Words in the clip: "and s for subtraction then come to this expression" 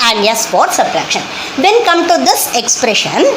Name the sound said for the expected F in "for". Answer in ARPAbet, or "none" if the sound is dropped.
P